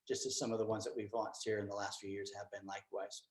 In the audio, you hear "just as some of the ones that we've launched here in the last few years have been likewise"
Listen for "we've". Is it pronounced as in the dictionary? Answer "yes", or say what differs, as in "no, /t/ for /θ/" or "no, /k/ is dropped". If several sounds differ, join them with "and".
yes